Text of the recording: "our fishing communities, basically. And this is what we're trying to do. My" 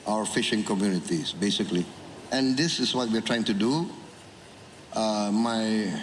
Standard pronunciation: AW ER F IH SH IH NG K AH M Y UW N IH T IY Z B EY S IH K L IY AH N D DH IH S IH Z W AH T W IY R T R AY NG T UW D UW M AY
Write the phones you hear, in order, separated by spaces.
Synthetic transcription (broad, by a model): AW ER F IH SH IH NG K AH M Y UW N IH T IY S B EY S IH K L IY AH N D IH S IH S W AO T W IY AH T R AY NG T UW D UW M AY